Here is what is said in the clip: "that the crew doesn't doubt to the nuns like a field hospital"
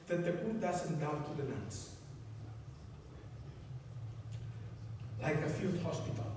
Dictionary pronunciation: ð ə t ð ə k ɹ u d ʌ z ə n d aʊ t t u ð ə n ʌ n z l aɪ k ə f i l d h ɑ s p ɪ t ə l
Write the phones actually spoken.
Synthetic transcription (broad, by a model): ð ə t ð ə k u d ʌ z ə n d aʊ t t u ð ə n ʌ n s l aɪ k ə f i l d h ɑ s p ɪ t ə l